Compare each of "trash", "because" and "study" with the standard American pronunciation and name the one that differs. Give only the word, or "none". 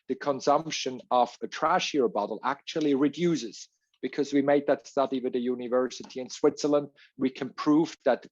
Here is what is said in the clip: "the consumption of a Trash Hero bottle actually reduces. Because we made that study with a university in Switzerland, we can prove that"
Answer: none